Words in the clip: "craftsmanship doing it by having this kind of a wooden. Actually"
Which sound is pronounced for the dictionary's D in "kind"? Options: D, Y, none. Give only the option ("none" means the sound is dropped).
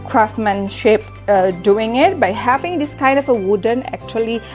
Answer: D